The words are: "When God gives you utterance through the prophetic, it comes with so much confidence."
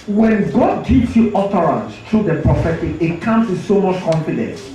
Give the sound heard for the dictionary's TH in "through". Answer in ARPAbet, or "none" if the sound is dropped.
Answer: T